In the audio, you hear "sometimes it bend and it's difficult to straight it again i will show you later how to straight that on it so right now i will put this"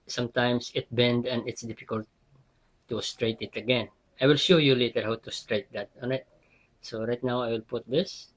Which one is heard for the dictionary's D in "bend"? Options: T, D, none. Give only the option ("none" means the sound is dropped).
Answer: D